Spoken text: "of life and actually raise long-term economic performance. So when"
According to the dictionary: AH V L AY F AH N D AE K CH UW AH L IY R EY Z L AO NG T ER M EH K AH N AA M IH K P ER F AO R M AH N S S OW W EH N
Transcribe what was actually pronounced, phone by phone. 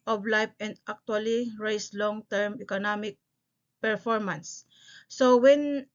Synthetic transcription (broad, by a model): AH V L AY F AH N D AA K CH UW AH L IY R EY S L AO NG T ER M EH K AH N AA M IH K P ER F AO R M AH N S S OW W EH N